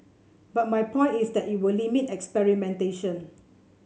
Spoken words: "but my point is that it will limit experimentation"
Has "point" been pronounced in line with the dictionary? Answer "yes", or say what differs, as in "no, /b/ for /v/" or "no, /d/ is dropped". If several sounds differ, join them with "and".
no, /t/ is dropped